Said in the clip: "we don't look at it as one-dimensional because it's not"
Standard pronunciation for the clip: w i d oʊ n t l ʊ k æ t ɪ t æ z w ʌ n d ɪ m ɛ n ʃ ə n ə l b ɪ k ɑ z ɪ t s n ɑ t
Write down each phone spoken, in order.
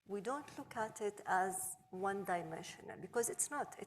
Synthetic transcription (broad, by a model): w i d oʊ n t l ʊ k æ t ɪ t æ z w ʌ n d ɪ m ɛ n ʃ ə n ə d b ɪ k ɑ z ɪ t s n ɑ t